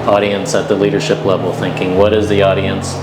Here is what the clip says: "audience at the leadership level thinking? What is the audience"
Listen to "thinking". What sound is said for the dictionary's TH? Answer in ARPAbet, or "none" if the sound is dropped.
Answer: TH